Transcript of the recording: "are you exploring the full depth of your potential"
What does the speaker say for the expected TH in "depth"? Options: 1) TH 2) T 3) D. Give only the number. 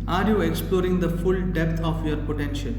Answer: 2